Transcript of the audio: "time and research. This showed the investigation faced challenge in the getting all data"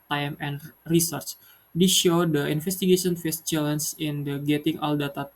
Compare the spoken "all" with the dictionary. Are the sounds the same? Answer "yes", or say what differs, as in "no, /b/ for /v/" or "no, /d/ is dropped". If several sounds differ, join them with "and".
yes